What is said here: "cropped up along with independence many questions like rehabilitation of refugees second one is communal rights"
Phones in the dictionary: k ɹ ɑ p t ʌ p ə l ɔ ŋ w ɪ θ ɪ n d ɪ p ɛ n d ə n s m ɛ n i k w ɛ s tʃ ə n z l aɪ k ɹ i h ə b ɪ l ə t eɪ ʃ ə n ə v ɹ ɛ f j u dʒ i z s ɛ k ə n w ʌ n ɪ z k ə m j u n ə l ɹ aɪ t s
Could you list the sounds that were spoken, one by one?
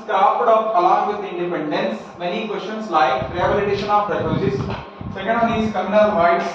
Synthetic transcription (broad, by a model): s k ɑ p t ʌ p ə l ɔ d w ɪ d ɪ n d ɪ p ɛ n d ə n s m ɛ n i k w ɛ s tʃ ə n s l aɪ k ɹ i h ə b ɪ l ə t eɪ ʃ ə n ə p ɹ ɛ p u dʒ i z s ɛ k ə n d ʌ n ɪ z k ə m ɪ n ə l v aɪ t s